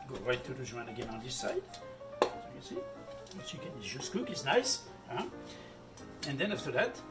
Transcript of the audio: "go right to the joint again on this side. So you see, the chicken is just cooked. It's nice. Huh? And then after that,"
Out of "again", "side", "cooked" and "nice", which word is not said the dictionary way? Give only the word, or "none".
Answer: cooked